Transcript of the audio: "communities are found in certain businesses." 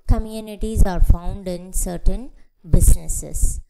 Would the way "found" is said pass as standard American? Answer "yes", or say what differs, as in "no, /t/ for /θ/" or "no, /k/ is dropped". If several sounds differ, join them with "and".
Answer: yes